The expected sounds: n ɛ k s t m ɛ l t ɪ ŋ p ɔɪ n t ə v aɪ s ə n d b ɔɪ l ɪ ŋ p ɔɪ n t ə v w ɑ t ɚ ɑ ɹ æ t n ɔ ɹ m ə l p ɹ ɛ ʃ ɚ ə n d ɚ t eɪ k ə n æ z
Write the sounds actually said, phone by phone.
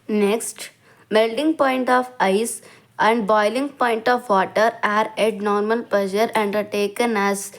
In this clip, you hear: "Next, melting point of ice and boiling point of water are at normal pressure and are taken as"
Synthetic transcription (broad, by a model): n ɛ k s t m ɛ l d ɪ ŋ p ɔɪ n t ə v aɪ s ə n d b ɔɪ l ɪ ŋ p ɔɪ n t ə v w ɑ t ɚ ɑ ɹ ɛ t n ɔ ɹ m ə l p l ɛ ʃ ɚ ə n d ɚ t eɪ k ə n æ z